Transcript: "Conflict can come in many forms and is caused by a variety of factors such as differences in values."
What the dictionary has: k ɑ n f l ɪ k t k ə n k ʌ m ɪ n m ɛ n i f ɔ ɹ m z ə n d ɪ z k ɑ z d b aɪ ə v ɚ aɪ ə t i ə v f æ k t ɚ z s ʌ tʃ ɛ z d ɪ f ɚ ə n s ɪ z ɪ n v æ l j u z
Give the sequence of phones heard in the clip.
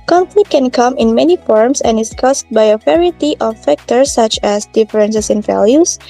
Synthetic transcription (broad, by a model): k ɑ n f l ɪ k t k ə n k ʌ m ɪ n m ɛ n i f ɔ ɹ m s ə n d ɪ s k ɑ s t b aɪ ə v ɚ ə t i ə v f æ k t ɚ s ʌ tʃ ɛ s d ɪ f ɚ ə n s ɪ s ɪ n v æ l j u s